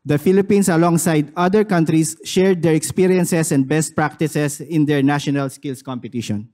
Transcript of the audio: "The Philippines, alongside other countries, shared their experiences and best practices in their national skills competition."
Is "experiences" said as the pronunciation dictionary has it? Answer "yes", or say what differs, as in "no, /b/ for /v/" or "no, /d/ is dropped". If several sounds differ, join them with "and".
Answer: no, /s/ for /z/